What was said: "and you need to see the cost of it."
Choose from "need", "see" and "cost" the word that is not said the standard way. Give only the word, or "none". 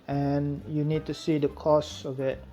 cost